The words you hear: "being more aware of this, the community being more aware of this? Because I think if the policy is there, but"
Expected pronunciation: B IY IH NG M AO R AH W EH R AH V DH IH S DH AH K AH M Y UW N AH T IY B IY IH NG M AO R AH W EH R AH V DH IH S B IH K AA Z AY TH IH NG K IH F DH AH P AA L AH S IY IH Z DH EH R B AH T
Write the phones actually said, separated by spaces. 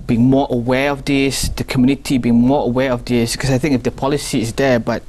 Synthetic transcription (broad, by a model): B IY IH NG M AO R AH W EH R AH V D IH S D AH K AH M Y UW N AH T IY B IY IH NG M AO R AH W EH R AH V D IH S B K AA S AY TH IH NG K IH F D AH P AA L AH S IY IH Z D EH B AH T